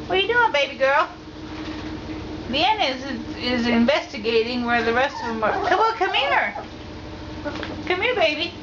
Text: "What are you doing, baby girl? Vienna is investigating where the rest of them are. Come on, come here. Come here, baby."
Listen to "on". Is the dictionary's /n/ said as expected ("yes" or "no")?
no